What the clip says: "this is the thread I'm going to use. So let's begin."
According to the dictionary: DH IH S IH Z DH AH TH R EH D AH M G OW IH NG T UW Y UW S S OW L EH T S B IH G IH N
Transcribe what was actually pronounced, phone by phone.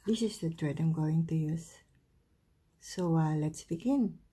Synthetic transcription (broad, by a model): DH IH S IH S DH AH T R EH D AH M G OW IH NG T UW Y UW S S OW L EH T S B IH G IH N